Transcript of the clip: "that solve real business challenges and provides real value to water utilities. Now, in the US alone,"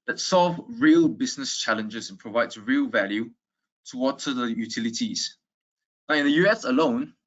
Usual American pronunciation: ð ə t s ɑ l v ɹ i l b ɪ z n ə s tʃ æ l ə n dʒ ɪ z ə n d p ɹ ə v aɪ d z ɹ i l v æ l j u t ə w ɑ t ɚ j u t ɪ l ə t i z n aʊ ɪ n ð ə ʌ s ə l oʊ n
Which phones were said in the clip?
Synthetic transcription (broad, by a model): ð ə t s ɑ l v ɹ i l b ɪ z n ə s tʃ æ l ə n dʒ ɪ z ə n p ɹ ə v aɪ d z ɹ i l v æ l j u t ə w ɑ t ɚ j u t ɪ l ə t i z n aʊ ɪ n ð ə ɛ s ə l oʊ n